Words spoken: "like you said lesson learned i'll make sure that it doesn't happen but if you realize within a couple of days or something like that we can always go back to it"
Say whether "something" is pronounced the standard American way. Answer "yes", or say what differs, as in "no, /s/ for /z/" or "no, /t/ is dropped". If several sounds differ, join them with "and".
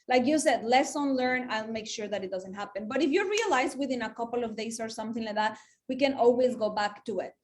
yes